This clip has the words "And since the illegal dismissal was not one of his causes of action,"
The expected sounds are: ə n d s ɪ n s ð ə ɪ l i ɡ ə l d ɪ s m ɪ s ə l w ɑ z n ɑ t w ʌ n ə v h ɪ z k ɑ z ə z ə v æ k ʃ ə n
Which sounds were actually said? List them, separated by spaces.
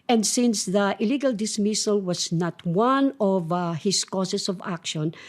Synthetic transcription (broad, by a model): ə n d s ɪ n s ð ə ɪ l i ɡ ə l d ɪ s m ɪ s ə l w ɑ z n ɑ t w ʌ n ə v h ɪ s k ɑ s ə s ə v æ k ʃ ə n